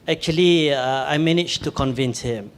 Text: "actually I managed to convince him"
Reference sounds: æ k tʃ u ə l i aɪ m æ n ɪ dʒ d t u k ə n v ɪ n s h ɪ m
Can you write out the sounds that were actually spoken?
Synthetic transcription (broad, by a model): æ k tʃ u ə l i aɪ m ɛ n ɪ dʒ t u k ə n v ɪ n s h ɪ m